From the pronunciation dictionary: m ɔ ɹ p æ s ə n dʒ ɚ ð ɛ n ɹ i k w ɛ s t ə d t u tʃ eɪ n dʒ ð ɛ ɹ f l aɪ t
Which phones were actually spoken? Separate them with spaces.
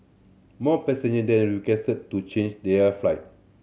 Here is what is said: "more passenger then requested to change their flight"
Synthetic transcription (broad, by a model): m ɔ p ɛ s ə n ɚ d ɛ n ɹ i k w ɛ s t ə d t u tʃ eɪ n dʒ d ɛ f l aɪ t